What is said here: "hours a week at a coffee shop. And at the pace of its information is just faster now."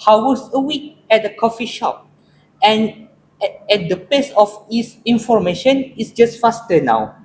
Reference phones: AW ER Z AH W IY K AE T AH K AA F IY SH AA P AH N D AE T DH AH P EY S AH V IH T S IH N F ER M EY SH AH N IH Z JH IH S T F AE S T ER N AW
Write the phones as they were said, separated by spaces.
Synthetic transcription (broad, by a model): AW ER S AH W IY K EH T AH K AA F IY SH AA P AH N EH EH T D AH P EY S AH F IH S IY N F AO M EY SH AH N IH S JH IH S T F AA S T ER N AW